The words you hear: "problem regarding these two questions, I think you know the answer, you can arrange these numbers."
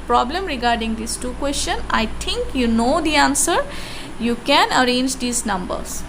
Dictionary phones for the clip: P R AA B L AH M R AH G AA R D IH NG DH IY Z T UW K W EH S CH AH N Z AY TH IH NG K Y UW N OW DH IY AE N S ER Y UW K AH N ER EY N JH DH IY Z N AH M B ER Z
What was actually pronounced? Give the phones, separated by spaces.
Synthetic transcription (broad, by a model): P R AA B L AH M R AH G AA R D IH NG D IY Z T UW K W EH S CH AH N AY T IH NG K Y UW N OW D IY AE N S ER Y UW K AH N ER EY N JH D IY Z N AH M B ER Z